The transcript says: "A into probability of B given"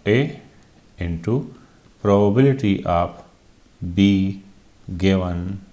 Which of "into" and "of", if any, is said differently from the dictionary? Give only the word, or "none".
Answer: of